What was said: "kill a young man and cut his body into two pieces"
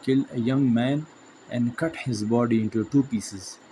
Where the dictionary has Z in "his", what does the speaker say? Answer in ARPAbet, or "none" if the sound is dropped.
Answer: Z